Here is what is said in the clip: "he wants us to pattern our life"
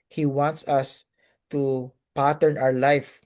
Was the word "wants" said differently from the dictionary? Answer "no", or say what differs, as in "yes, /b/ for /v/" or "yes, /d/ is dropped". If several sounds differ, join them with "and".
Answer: no